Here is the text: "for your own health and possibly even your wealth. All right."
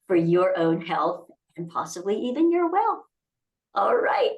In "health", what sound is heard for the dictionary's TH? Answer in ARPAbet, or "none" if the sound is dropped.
TH